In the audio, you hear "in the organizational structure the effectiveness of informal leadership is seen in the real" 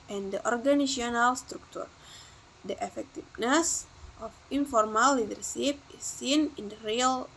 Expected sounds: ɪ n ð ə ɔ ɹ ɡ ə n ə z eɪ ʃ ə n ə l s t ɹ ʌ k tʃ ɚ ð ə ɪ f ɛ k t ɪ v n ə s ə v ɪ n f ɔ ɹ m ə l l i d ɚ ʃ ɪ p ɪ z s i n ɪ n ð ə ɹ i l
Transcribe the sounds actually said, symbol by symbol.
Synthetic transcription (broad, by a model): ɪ n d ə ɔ ɹ ɡ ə n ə s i ə n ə l s t ɹ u k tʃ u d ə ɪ f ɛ k t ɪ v n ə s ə f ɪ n f ɔ ɹ m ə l l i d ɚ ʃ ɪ p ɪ s i n ɪ n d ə ɹ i l